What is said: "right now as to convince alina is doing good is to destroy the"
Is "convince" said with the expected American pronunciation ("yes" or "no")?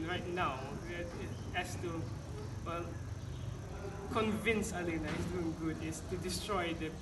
yes